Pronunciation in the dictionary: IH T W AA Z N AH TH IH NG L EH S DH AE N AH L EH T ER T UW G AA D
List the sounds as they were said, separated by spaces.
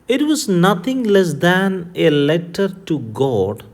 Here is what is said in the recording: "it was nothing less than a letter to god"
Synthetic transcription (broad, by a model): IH T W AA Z N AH T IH NG L EH S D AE N AH L EH T ER T UW G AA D